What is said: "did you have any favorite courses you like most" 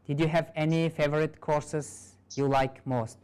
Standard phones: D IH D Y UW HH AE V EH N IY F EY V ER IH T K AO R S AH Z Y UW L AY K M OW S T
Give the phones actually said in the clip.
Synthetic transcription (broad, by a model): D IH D Y UW HH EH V EH N IY F EY V ER IH T K AO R S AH S Y UW L AY K M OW S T